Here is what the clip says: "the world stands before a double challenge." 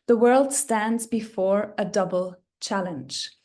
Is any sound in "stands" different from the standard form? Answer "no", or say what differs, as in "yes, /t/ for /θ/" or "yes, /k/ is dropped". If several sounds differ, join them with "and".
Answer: no